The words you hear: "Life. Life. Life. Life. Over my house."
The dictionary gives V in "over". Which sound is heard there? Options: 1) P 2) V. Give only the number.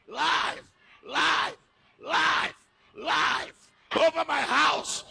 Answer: 2